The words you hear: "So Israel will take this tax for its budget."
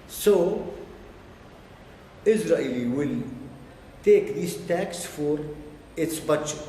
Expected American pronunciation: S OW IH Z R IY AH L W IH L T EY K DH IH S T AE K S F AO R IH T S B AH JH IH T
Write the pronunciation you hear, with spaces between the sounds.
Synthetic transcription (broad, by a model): S OW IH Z R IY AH L W IH L T EY K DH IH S T AE K S F AO R IH T S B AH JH